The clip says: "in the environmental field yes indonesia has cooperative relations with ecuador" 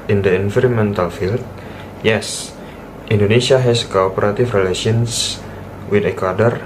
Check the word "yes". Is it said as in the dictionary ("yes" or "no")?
yes